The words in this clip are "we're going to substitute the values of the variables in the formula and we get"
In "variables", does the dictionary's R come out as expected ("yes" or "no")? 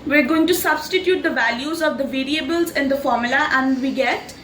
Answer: yes